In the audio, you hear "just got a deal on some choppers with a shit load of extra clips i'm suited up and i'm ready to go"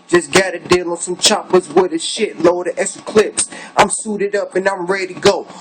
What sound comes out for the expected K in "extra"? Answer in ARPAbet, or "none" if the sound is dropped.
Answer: none